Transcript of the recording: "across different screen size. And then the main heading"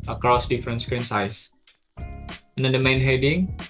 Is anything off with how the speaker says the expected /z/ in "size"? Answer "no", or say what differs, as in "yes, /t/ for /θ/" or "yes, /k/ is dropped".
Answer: yes, /s/ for /z/